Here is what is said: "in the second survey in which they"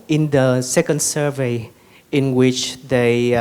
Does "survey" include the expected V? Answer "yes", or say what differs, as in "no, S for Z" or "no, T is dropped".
yes